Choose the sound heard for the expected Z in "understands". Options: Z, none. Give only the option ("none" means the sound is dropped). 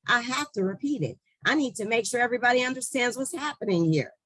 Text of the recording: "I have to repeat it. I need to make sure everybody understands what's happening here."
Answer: Z